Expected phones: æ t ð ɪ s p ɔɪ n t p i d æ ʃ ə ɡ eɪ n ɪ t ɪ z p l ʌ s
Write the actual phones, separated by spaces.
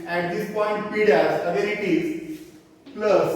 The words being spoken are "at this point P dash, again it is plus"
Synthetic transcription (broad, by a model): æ t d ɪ s p ɔɪ n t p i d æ s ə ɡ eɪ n ɪ t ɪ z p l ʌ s